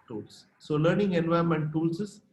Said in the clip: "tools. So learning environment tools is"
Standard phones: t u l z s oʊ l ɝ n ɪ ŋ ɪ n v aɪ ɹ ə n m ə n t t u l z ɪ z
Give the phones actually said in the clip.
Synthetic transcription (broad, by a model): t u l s s oʊ l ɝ n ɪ ŋ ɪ n v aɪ ə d m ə n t t u l s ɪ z